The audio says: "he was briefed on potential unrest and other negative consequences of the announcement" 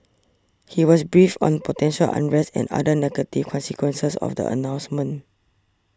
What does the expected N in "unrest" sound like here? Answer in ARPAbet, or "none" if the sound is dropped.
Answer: N